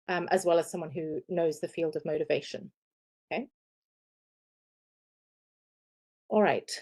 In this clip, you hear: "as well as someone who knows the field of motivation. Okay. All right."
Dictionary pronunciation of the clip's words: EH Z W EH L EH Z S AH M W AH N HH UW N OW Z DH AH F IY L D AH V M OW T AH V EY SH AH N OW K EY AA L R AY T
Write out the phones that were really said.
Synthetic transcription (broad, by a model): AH Z W EH L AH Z S AH M W AH N HH UW N OW Z DH AH F IY L D AH V M OW T AH V EY SH AH N OW K EY AA L R AY T